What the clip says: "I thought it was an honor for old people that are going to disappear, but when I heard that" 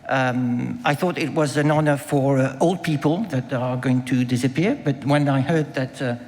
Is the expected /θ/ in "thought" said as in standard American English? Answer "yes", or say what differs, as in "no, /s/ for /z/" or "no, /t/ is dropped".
yes